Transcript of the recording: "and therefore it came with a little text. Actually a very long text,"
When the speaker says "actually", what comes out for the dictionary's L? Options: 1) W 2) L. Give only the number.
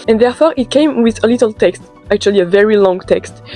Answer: 2